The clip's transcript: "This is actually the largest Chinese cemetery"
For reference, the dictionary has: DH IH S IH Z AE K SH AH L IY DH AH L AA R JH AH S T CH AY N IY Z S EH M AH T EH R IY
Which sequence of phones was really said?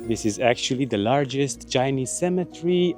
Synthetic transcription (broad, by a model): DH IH S IH Z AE K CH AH L IY DH AH L AA R JH AH S T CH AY N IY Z S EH M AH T R IY